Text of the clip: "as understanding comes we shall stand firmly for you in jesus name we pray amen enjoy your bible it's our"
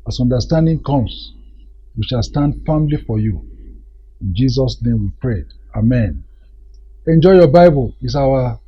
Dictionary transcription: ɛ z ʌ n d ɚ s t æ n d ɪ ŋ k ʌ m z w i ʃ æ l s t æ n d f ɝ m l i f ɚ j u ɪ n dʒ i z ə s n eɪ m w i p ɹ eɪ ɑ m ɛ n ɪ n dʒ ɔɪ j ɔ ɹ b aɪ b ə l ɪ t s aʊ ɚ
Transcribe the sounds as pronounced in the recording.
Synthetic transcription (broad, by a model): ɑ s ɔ n d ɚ s t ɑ n d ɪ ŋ k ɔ m s w i ʃ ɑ l s t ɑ n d f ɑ m l i f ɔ j u ɪ n dʒ i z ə s n eɪ m w i p ɹ eɪ ɑ m ɛ n ɪ n dʒ ɔɪ j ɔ b aɪ b ə l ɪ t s aʊ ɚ